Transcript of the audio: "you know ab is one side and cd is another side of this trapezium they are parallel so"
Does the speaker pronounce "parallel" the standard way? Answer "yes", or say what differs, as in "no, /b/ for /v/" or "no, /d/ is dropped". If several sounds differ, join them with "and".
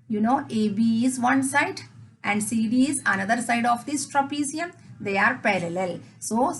yes